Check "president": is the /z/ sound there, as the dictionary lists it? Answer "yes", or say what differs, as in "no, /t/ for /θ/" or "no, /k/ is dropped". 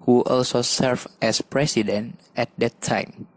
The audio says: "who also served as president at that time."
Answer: no, /s/ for /z/